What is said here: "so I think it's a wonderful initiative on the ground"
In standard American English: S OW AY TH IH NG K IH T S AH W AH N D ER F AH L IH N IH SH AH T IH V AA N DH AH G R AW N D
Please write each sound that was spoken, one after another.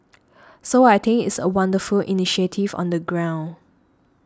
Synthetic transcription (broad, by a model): S OW AY T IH NG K IH T S AH W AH N D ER F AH L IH N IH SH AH T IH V AA N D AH G R AW N